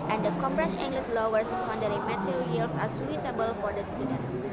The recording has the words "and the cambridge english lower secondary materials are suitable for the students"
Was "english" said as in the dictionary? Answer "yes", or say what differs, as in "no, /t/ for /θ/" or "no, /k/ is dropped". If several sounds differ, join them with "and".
no, /s/ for /ʃ/